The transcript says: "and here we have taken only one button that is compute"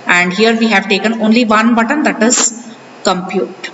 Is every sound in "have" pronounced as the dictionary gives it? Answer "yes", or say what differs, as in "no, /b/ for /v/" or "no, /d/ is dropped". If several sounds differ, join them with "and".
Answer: yes